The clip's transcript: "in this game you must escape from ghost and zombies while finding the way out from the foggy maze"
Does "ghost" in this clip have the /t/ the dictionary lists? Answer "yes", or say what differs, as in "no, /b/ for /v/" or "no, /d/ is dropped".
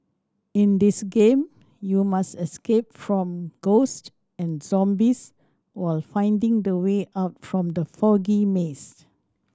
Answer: yes